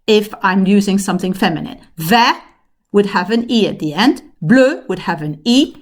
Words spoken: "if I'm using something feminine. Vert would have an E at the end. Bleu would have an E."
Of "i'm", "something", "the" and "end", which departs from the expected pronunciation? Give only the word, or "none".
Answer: none